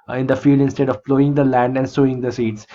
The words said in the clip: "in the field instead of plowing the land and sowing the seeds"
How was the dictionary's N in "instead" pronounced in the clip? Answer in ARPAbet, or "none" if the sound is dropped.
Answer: N